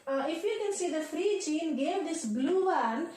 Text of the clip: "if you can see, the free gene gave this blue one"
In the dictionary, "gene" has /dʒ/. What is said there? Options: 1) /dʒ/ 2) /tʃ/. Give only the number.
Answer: 2